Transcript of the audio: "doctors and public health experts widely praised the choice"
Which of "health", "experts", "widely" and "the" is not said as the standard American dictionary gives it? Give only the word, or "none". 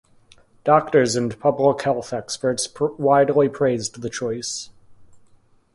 none